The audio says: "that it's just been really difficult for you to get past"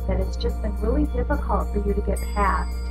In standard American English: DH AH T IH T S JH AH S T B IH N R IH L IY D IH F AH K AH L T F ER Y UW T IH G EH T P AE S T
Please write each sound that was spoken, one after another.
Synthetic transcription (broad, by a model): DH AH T IH T S JH AH S T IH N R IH L IY D IH F AH K AH L T F ER Y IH T IH G EH T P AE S